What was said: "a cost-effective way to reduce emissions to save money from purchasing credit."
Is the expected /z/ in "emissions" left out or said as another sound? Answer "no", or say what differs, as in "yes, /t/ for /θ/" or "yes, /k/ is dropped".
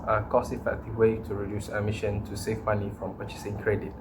yes, /z/ is dropped